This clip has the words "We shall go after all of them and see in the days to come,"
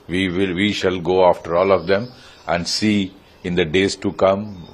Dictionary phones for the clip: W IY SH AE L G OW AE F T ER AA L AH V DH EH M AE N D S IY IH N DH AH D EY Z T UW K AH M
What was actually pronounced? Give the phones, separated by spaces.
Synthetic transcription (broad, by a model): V IY SH AE L G OW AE F T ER AA L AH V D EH M AE N D S IY IH N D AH D EY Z T UW K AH M